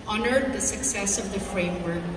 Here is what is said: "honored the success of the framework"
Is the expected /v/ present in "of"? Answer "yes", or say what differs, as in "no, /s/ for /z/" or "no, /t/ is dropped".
yes